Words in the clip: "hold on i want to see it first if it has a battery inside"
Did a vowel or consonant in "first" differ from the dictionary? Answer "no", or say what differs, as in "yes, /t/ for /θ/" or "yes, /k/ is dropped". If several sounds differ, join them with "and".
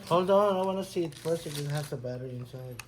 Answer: yes, /t/ is dropped